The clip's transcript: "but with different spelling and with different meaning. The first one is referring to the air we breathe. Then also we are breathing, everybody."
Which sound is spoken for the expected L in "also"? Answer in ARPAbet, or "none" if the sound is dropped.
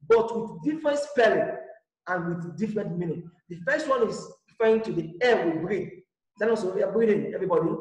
none